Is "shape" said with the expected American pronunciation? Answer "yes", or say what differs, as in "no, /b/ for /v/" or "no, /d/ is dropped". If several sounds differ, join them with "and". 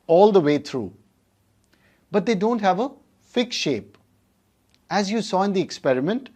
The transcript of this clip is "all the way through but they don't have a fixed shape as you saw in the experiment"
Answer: yes